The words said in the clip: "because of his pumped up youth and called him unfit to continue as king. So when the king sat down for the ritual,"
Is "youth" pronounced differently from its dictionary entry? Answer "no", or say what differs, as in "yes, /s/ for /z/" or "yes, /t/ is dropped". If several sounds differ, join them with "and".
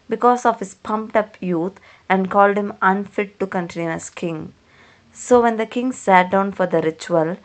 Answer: yes, /t/ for /θ/